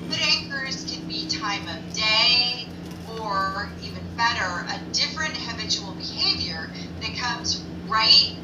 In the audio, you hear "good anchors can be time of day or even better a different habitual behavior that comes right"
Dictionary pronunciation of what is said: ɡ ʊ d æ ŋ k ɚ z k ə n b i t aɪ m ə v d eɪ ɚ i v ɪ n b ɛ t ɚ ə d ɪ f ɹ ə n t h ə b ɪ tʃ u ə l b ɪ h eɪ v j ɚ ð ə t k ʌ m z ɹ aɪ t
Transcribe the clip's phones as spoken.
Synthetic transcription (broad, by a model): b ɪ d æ k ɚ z k ə n b i t aɪ m ə v d eɪ ɚ i v ɪ n b ɛ t ɚ ə d ɪ f ɹ ə n t h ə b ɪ tʃ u l b ɪ h eɪ v j ɚ ð ə t k ʌ m z ɹ aɪ t